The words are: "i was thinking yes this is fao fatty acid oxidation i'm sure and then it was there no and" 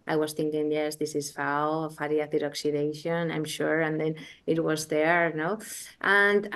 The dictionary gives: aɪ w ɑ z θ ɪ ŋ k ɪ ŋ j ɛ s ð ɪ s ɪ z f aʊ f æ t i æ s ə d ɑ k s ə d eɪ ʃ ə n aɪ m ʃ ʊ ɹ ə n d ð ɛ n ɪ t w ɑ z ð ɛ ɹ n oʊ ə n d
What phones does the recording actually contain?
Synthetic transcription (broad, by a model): aɪ w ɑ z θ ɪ ŋ k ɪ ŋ j ɛ s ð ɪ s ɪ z f aʊ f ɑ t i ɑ θ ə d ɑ k s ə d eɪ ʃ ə n aɪ m ʃ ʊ ɹ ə n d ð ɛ n ɪ t w ɑ z ð ɛ ɹ n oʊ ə n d